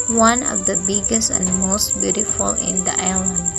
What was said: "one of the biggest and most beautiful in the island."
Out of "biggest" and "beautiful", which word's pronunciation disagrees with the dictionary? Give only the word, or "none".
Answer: none